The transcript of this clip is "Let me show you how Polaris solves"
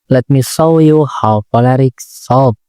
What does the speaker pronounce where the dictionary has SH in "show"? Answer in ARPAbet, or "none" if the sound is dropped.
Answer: S